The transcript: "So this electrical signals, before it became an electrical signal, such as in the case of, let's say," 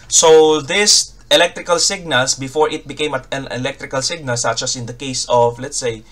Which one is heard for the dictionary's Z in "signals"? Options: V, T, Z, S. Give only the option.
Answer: S